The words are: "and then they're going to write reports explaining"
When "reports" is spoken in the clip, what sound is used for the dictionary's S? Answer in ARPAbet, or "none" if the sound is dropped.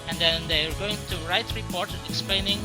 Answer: none